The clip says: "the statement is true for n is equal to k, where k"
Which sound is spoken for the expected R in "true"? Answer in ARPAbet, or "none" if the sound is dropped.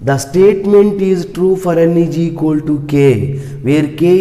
R